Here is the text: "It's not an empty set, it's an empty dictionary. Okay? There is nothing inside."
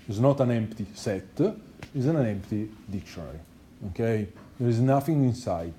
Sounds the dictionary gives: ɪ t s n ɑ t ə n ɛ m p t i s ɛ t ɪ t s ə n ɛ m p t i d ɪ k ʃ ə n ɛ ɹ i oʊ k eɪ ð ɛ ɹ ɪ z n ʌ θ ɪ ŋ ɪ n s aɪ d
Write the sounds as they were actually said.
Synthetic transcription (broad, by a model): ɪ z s n ɑ t ə n ɛ m p t i s ɛ t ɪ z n ə n ɛ m p t i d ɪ k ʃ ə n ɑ l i oʊ k eɪ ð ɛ ɹ ɪ z n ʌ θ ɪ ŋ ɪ n s aɪ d